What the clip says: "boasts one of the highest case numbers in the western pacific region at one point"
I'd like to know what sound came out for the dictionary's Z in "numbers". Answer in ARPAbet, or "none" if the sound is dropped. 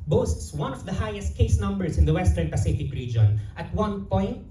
S